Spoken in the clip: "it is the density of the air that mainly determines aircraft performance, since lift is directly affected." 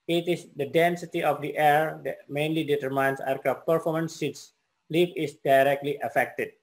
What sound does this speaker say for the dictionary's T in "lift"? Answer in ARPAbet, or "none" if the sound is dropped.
none